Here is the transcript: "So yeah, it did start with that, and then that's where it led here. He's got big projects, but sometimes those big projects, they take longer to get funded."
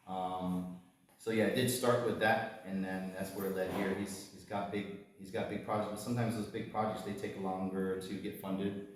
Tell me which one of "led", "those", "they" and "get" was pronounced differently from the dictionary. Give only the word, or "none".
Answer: none